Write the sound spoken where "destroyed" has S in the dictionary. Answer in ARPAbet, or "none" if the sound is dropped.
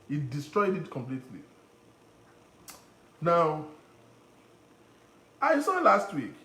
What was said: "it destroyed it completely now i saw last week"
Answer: S